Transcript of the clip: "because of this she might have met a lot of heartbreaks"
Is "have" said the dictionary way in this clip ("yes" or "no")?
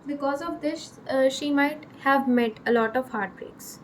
yes